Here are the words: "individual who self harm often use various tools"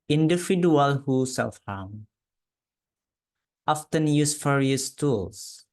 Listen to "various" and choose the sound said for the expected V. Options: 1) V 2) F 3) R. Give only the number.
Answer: 2